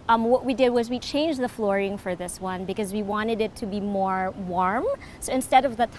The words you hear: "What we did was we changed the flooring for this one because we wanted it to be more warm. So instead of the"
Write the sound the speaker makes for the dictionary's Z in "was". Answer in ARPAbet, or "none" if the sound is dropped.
Z